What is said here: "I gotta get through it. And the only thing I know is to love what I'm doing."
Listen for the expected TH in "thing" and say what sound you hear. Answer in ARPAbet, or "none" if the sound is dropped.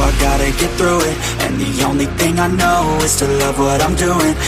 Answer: TH